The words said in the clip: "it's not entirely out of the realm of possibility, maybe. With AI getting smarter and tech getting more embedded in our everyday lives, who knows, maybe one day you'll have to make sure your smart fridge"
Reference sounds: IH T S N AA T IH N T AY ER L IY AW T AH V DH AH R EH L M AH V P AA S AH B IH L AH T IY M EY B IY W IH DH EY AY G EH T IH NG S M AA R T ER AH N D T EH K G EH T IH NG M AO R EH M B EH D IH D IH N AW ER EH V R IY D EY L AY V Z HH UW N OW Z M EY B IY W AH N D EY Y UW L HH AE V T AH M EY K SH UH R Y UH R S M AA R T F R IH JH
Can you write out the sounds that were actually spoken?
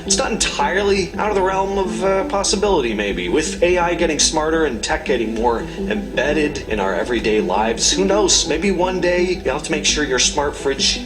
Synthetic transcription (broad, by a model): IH T S N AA T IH N T AY ER L IY AW T AH V DH AH R EH L M AH V P AA S AH B IH L AH T IY M EY B IY W IH DH EY AY G EH T IH NG S M AA R T ER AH N T EH K G EH T IH NG M AO R EH M B EH D IH D IH N AW ER EH V R IY D EY L AY V Z HH UW N OW Z M EY B IY W AH N D EY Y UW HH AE F T AH M EY K SH UH R Y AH R S M AA R T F R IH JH